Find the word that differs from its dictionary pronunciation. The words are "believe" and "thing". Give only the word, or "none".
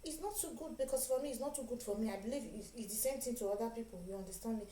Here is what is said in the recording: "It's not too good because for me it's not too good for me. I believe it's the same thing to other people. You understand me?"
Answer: thing